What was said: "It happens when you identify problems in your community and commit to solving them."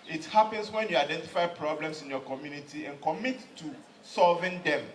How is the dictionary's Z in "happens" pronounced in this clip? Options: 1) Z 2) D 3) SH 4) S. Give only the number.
4